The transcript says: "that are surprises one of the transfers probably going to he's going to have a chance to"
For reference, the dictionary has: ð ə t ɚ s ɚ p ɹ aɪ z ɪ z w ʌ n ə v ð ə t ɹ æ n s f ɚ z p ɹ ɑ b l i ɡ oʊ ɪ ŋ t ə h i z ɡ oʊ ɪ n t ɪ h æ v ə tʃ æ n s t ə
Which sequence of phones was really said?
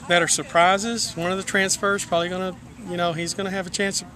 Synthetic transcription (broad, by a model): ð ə t ɚ s ɚ p ɹ aɪ z ɪ z w ʌ n ə v ð ə t ɹ æ n s f ɚ z p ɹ ɑ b l i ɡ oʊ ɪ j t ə h i z ɡ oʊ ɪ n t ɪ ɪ v ə tʃ æ n s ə